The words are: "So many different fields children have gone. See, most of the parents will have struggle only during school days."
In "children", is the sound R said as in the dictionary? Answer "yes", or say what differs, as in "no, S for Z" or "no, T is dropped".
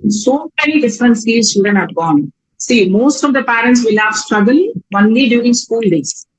no, R is dropped